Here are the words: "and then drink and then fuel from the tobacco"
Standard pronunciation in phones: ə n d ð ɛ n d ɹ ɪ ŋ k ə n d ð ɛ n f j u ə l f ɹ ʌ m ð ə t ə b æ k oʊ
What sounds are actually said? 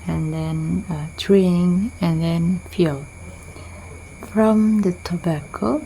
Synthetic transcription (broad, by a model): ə n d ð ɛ n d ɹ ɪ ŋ ə n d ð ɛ n f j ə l f ɹ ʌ m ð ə t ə b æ k oʊ